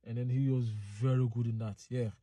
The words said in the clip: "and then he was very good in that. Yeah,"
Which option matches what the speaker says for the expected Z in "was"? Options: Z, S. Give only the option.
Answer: Z